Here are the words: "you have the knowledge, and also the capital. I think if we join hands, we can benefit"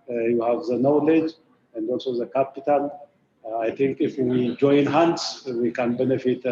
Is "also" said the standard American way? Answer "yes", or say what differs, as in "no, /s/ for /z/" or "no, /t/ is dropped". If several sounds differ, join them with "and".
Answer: yes